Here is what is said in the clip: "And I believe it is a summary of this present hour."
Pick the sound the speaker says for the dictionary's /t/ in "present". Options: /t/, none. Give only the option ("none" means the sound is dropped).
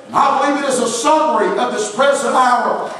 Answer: none